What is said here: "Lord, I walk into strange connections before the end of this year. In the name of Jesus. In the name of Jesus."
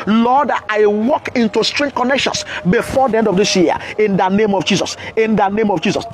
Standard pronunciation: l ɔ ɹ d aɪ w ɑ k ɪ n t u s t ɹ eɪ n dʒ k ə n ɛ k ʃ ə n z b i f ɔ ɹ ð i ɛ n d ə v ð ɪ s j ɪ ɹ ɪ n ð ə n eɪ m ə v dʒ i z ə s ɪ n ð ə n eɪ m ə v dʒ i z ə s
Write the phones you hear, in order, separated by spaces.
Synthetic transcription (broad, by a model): l ɔ d aɪ w ɑ k ɪ n t u s t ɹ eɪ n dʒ k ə n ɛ k ʃ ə n s b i f ɔ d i ɛ n d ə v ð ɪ s j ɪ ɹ ɪ n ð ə n eɪ m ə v dʒ i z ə s ɪ n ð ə n eɪ m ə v dʒ i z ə s